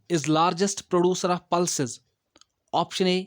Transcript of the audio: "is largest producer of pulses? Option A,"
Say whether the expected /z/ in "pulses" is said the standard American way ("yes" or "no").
yes